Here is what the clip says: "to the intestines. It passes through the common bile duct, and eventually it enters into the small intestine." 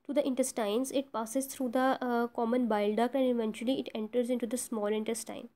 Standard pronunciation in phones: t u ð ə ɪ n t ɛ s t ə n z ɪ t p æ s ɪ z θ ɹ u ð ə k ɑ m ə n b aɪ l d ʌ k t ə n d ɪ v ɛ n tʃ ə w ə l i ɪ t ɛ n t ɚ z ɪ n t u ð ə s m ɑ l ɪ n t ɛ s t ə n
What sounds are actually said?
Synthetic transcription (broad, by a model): t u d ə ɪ n t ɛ s t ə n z ɪ t p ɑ s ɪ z t ɹ u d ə k ɑ m ə n b aɪ l d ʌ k ə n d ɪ v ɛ n tʃ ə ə l i ɪ t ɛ n t ɚ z ɪ n t u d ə s m ɑ l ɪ n t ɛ s t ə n